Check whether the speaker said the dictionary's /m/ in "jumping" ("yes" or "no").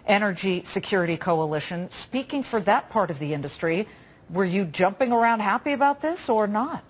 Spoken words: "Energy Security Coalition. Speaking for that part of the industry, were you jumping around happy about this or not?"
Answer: yes